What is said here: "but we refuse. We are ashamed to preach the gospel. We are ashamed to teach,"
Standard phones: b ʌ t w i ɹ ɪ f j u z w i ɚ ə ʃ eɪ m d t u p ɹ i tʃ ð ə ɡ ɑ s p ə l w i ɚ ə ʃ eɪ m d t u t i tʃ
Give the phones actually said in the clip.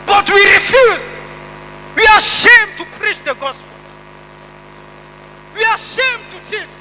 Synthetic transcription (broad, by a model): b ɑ t w i ɹ ɪ f j u z w i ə ʃ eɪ m t u p ɹ i tʃ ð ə ɡ ɑ s p ə l w i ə ʃ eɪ m t u t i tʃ